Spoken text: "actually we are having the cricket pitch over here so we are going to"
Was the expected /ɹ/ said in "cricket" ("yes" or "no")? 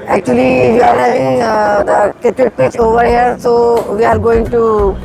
no